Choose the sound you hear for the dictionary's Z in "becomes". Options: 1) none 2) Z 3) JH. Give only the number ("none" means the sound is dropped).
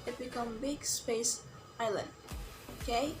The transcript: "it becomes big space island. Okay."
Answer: 1